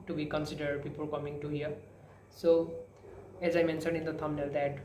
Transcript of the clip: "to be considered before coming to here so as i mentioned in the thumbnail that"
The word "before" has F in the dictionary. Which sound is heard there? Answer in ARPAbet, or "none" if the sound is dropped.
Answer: P